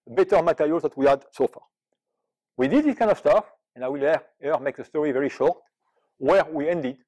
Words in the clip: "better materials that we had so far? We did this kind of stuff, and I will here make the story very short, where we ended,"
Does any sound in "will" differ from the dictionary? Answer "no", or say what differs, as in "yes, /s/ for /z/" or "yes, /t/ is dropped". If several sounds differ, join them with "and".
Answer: no